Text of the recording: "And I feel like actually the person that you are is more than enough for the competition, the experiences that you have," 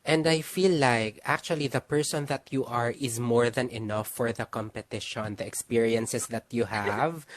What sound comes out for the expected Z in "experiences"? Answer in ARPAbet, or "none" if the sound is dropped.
S